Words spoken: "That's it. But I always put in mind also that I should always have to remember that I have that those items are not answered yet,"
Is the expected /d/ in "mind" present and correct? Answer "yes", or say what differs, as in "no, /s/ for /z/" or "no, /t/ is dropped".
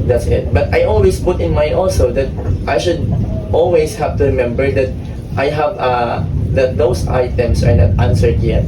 no, /d/ is dropped